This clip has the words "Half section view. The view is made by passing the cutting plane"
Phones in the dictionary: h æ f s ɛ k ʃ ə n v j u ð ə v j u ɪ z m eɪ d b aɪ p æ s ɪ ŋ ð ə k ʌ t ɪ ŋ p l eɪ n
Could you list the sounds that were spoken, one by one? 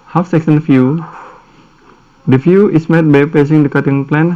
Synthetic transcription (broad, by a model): h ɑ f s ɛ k s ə n f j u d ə f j u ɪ s m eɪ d b aɪ p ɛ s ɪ ŋ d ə k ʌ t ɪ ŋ p l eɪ n